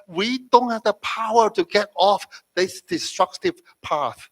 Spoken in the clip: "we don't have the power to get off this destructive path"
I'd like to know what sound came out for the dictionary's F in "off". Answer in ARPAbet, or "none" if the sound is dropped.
F